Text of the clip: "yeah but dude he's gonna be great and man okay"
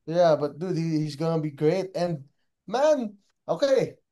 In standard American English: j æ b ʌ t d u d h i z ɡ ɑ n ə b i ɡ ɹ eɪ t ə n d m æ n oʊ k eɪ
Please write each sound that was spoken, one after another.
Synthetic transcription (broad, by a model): j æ b ʌ t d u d h i z ɡ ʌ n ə b i ɡ ɹ eɪ t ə n m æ n oʊ k eɪ